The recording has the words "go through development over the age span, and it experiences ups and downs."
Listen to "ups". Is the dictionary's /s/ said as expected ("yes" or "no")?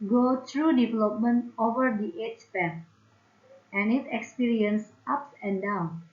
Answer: no